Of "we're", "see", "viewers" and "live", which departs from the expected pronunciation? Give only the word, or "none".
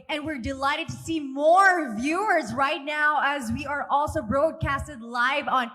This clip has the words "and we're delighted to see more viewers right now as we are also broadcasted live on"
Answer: none